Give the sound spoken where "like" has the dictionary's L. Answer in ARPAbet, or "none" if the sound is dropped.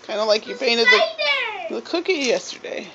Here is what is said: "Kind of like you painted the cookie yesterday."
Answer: L